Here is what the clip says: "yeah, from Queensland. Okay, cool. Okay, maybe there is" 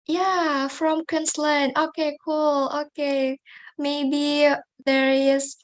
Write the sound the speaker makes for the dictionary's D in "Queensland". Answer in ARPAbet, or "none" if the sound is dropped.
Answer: none